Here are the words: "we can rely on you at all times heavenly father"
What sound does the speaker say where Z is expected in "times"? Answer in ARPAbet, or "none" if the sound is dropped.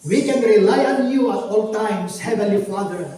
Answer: S